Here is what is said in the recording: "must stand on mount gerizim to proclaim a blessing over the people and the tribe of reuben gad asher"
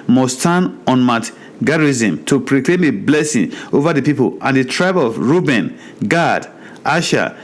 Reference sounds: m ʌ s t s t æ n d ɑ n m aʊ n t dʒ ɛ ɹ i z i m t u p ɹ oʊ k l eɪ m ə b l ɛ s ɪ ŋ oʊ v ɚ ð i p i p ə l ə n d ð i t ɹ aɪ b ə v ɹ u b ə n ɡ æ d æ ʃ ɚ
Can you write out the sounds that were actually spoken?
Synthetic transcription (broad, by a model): m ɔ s s t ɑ n ɑ n m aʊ t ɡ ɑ ɹ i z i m t u p ɹ oʊ k l eɪ m ə b l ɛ s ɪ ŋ oʊ v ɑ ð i p i p ə l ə n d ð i t ɹ aɪ b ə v ɹ u b ə n ɡ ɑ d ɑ ʃ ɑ